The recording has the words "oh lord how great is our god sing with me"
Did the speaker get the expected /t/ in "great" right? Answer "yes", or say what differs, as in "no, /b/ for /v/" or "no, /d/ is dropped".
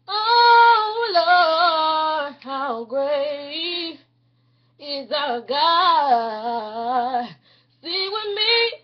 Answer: no, /t/ is dropped